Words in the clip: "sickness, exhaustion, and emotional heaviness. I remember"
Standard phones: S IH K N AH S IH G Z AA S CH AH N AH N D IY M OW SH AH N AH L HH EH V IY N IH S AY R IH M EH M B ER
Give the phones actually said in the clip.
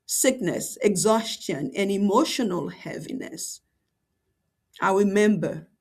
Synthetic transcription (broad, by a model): S IH K N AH S IH G Z AA S CH AH N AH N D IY M OW SH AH N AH L HH EH V IY N IH S AY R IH M EH M B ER